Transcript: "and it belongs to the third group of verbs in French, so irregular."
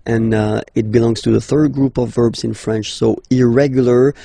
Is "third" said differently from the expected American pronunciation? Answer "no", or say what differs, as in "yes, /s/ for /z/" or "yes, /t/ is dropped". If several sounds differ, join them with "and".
no